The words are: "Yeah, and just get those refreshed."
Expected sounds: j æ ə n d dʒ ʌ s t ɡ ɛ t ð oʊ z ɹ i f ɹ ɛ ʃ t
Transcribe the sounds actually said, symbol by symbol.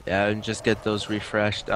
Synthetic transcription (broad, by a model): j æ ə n dʒ ʌ s ɡ ɛ t ð oʊ z ɹ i f ɹ ɛ ʃ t